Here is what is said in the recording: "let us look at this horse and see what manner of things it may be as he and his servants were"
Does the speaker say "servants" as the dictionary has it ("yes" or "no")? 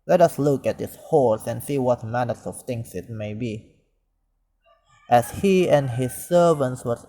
yes